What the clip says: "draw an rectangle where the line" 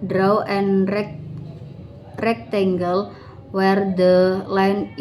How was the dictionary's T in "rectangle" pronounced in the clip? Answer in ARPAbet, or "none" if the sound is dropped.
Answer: T